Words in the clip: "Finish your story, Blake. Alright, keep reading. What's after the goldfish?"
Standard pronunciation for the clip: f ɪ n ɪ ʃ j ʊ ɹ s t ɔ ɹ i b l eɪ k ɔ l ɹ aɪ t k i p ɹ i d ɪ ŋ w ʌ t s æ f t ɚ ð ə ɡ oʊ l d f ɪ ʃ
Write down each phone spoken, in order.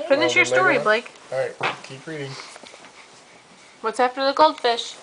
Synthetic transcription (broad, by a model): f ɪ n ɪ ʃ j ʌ ɹ s t ɔ ɹ i b l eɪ ɪ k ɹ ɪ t k i p ɹ i d ɪ ŋ w ʌ t s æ f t ɚ ð ə ɡ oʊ l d f ɪ ʃ